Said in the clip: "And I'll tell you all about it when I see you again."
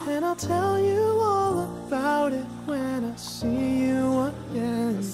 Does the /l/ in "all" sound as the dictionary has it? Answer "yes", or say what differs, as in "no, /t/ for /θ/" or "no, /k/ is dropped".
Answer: yes